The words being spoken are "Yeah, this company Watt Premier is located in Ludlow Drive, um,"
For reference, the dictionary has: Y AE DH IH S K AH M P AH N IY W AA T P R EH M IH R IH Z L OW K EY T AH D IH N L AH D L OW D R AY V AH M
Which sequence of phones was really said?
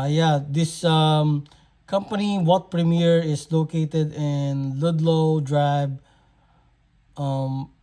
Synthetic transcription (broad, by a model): Y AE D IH S K AH M P AH N IY W AA T P R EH M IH R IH S L OW K EY T AH D IH N L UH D L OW D R AY B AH M